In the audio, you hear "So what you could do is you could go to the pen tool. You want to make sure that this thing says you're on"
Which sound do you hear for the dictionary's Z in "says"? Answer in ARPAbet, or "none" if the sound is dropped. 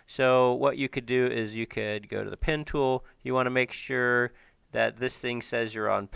Z